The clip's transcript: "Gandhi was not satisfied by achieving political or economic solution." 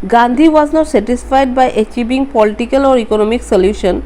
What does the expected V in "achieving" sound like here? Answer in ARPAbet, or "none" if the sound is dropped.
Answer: B